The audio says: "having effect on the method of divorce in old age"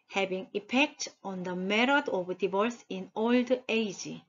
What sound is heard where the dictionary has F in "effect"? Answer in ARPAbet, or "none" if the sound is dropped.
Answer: P